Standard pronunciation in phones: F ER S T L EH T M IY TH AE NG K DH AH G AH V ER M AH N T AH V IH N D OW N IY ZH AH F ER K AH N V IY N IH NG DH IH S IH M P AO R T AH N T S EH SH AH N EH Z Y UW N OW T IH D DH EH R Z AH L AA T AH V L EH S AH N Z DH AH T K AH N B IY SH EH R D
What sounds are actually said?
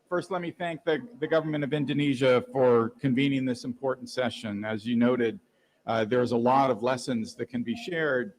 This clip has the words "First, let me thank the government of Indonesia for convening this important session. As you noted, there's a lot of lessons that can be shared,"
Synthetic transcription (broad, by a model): F ER S T L EH T M IY TH AE NG K DH AH G AH V ER M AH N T AH V IH N D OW N IY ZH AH F ER K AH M V IY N IH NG DH IH S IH M P AO R T N T S EH SH AH N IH Z Y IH N OW T IH D DH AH R Z AH L AA T AH V L EH S AH N Z DH AH T K AH N B IY SH EH R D